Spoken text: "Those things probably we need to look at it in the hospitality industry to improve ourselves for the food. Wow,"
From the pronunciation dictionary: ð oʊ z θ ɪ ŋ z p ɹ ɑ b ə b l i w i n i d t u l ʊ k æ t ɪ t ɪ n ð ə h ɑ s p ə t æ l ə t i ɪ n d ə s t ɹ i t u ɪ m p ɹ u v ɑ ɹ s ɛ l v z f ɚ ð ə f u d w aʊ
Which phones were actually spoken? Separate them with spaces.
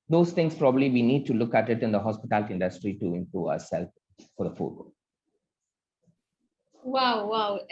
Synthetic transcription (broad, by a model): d oʊ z t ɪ ŋ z p ɹ ɑ b ə b l i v i n i d t u l ʊ k æ t ɪ t ɪ n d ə h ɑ s p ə t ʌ l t ɪ n d ə s t ɹ i t u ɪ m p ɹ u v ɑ s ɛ l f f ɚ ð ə f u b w aʊ